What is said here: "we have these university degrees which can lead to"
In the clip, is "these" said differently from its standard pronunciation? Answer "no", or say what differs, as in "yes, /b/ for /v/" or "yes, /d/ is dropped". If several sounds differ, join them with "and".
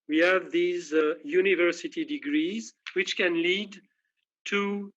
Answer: no